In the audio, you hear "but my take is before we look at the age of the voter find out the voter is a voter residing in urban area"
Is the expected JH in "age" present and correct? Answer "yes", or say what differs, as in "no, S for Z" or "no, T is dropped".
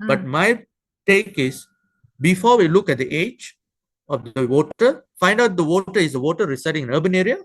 yes